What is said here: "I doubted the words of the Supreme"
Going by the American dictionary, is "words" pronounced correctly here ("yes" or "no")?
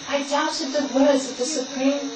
yes